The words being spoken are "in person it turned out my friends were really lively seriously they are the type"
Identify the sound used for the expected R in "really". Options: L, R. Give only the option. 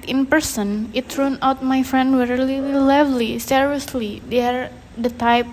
L